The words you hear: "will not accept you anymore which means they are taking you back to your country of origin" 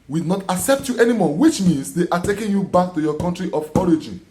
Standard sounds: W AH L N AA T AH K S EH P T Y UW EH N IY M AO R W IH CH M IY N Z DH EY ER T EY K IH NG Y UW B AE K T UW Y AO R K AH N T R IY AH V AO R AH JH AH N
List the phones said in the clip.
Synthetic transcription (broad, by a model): W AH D N AA T AH K S EH P T Y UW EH N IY M AO W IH CH M IY N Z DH EY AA T EY K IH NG Y UW B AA K T UW Y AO K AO N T R IY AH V AO R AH JH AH N